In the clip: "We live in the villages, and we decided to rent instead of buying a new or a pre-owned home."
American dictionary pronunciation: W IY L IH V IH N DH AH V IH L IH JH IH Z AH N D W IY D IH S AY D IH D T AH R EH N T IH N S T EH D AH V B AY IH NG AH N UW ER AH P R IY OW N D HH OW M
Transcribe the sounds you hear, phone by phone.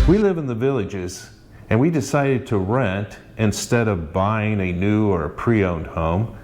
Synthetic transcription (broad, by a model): W IY L IH V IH N DH AH V IH L IH JH IH Z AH N W IY D IH S AY D IH D T AH R EH N T IH N S T EH D AH V B AY IH NG AH N UW ER AH P R IY OW N D HH OW M